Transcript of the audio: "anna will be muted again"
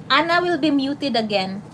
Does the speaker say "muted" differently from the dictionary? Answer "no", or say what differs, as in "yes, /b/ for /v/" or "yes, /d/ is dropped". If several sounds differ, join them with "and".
no